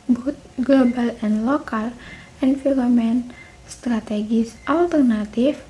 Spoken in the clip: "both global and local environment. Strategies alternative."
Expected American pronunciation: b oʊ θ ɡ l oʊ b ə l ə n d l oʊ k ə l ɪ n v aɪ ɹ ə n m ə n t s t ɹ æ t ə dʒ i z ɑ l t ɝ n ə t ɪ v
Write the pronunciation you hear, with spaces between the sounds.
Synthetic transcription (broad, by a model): b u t ɡ l oʊ b ə l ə n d l oʊ k ə l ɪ n f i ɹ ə m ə n s t ɹ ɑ t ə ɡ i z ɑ l t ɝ n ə t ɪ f